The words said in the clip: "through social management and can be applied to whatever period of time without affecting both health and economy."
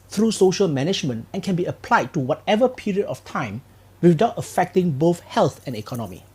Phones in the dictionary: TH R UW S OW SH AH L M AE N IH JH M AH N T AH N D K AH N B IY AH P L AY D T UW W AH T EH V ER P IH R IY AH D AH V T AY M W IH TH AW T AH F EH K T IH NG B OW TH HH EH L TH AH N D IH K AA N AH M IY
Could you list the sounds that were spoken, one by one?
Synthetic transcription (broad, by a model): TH R UW S OW SH AH L M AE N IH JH M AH N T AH N K AH N B IY AH P L AY D T UW W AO T EH V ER P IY R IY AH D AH F T AY M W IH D AW T AH F EH K T IH NG B OW TH HH EH L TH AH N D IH K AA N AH M IY